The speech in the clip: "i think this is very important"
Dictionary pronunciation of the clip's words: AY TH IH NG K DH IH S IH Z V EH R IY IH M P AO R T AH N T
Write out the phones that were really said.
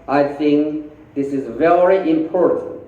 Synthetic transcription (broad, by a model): AY TH IH NG K DH IH S IH Z V EH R IY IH M P AO R T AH N T